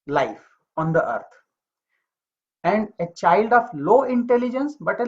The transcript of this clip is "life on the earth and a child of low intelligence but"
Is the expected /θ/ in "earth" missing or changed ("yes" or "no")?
yes